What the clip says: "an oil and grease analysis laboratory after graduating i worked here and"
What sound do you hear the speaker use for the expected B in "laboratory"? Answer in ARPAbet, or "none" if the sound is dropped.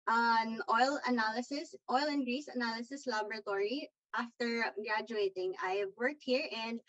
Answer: B